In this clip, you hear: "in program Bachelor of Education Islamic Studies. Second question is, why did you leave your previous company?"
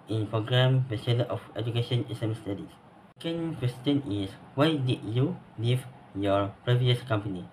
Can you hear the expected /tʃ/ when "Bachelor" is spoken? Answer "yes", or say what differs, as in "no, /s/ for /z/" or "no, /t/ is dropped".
no, /s/ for /tʃ/